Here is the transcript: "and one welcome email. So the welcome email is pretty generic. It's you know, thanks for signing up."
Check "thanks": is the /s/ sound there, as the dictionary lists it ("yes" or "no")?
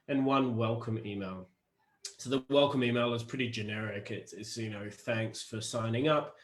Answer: yes